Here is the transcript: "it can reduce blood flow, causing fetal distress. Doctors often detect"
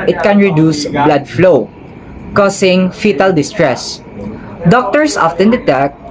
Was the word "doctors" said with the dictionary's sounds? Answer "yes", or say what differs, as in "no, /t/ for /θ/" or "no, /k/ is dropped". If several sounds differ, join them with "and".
no, /s/ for /z/